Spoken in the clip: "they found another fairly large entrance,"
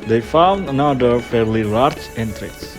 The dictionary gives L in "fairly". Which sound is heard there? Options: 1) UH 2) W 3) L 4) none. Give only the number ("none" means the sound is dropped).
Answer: 3